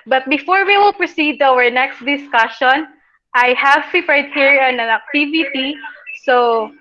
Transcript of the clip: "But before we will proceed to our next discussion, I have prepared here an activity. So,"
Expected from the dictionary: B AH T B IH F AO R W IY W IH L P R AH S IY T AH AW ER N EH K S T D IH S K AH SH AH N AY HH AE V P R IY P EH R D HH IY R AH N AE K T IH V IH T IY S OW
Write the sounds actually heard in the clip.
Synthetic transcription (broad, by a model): B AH T B IH F AO R W IY W IH L P R AH S IY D AW ER N EH K S T D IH S K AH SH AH N AY HH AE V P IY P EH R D HH IY R AH N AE K T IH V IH T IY S OW